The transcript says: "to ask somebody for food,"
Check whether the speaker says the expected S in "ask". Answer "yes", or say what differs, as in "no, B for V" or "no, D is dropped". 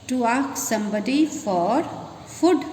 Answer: no, S is dropped